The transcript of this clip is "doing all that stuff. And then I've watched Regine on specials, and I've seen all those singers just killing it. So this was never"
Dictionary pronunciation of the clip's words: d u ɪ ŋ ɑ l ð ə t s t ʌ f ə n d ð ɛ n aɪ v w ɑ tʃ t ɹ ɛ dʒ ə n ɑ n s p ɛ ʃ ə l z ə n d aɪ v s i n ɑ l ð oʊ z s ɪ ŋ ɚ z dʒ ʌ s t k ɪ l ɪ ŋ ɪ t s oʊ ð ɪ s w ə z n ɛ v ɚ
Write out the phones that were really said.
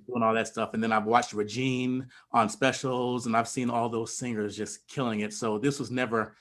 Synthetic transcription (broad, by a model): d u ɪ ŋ ɑ l ð ə t s t ʌ f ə n ð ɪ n aɪ v w ɑ tʃ t ɹ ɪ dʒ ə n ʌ n s p ɛ ʃ l z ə n aɪ v s i n ɑ l ð oʊ z s ɪ ŋ ɚ z dʒ ʌ s k ɪ l ɪ ŋ ɪ t s oʊ ð ɪ s w ə z n ɛ v ɚ